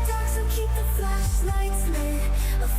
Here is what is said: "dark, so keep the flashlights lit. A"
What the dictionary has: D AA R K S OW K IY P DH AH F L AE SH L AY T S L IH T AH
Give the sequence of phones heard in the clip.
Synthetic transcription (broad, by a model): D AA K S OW K IY P DH AH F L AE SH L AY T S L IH AH